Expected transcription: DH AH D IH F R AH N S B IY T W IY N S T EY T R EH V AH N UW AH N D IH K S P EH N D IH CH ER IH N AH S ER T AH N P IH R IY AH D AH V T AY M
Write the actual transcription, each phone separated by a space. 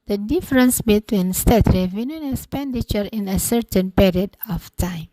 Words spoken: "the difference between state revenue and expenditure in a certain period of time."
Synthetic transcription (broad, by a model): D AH D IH F R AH N S B IY T W IY N S T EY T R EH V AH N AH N IH K S P EH N D IH CH ER IH N AH S ER T AH N P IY R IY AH D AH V T AY M